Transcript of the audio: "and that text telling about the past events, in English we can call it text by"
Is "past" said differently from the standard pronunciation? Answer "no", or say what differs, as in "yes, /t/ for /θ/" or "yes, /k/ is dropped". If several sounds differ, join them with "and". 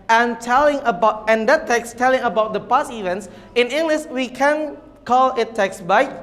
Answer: yes, /t/ is dropped